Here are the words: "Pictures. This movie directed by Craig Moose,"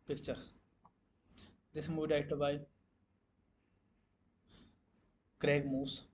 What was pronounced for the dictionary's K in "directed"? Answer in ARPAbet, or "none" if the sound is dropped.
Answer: none